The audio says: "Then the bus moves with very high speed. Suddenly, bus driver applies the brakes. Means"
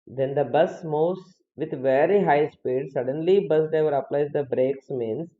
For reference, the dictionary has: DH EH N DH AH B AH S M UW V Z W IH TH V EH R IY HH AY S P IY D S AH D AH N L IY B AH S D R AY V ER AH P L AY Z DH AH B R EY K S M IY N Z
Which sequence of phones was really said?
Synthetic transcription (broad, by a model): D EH N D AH B AH S M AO Z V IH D V EH R IY HH AY S P IY D S AH D AH N L IY B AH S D EH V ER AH P L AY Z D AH B R EY K S M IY N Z